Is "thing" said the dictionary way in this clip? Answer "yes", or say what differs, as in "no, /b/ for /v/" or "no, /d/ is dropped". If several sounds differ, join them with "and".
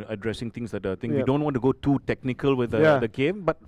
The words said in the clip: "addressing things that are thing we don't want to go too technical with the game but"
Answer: no, /t/ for /θ/